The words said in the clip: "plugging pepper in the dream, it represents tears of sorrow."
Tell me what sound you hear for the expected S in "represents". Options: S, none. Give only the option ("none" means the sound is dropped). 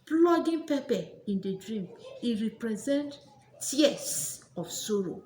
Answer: none